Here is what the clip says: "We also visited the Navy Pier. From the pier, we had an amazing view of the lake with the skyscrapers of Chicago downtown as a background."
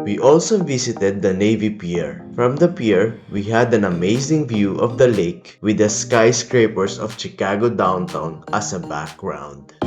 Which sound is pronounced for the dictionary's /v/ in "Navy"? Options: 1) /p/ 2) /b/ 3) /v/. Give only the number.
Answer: 3